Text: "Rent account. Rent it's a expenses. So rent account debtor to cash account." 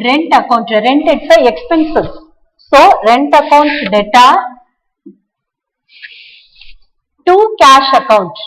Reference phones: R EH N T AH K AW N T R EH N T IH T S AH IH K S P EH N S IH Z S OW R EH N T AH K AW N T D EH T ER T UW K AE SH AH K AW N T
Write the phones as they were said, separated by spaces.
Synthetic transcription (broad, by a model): R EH N T AH K AW N T R EH N T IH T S AH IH K S P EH N S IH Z S OW R EH N T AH K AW N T D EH T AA T UW K AE SH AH K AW N T